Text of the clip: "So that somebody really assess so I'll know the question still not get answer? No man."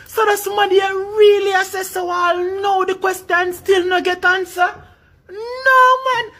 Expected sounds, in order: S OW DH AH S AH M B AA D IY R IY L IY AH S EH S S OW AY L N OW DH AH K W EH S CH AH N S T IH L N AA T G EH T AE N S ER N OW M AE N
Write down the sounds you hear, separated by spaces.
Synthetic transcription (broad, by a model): S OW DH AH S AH M AA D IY R IY L IY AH S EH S S OW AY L N OW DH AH K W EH S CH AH N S T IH L N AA G EH T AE N S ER N OW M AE N